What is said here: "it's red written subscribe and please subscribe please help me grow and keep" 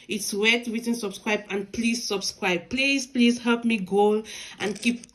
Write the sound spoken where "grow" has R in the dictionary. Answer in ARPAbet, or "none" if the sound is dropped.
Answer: none